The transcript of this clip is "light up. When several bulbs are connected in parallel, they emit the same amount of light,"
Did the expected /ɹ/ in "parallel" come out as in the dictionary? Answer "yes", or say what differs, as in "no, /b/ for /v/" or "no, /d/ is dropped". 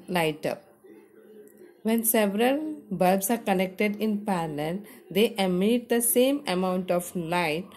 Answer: no, /l/ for /ɹ/